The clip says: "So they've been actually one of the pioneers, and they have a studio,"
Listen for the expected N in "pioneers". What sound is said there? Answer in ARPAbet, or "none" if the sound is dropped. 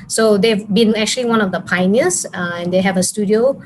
none